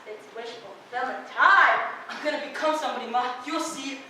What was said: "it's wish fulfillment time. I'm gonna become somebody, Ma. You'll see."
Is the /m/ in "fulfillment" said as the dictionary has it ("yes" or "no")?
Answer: no